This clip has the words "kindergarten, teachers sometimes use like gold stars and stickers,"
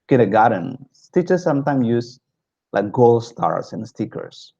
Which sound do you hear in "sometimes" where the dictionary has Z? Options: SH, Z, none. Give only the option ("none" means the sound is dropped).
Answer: none